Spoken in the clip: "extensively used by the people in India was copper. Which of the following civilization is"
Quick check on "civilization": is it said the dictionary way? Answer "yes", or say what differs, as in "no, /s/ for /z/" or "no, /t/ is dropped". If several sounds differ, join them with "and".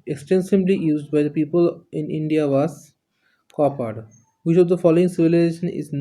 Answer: yes